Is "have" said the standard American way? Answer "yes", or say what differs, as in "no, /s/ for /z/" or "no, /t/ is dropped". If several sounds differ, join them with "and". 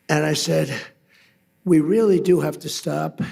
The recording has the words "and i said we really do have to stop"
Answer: no, /f/ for /v/